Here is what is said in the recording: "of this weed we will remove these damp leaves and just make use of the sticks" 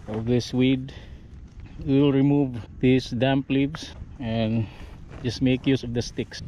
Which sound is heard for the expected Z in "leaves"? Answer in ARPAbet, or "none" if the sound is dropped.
S